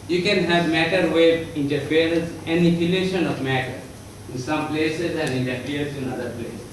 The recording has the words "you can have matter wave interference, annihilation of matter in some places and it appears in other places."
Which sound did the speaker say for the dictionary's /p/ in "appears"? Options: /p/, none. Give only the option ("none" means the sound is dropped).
none